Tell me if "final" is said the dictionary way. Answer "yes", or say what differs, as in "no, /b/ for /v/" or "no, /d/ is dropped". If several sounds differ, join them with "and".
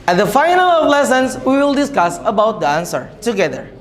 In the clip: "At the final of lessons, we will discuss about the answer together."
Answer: yes